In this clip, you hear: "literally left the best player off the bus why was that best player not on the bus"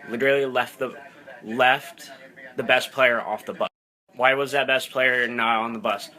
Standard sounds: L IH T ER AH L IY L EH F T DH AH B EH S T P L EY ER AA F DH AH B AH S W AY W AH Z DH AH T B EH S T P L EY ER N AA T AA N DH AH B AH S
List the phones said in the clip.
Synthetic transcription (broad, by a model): L IH T ER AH L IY L EH F T DH AH B EH S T P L EY ER AA F DH AH B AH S W AY W AH Z DH AH T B EH S P L EY ER N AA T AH N DH AH B AH S